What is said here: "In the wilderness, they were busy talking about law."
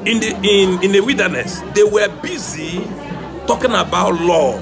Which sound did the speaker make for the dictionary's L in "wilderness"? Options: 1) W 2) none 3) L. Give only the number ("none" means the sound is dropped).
1